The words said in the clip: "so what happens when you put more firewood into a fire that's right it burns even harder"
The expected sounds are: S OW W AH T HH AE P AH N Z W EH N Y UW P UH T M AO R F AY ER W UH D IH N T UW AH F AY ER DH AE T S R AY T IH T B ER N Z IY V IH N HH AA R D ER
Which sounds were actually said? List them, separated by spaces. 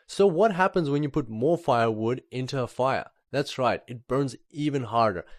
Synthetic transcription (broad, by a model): S OW W AH T HH AE P AH N Z W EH N Y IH P UH T M AO R F AY ER W UH D IH N T UW AH F AY ER DH AE T S R AY T IH T B ER N Z IY V IH N HH AA R D ER